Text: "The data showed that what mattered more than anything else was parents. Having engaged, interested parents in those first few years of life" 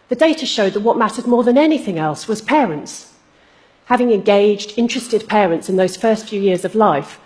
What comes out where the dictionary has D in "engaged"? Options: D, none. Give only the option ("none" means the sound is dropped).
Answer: D